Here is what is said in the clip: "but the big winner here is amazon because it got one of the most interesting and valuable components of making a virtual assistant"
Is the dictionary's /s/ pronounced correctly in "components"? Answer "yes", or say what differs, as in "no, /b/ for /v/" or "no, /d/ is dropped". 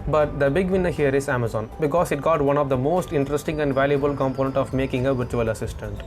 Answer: no, /s/ is dropped